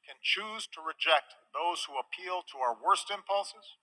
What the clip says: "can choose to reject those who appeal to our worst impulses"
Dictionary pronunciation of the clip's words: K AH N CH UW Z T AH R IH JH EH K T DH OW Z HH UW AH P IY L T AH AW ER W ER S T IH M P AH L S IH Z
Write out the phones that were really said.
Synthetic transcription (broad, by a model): K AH N CH UW Z T AH R IH JH EH K T DH OW Z HH UW AH P IY L T AH AW ER W ER S T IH M P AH L S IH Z